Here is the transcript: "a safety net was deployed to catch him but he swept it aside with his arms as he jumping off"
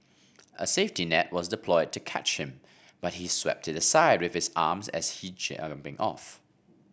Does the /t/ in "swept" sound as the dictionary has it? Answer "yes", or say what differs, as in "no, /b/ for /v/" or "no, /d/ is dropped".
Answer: yes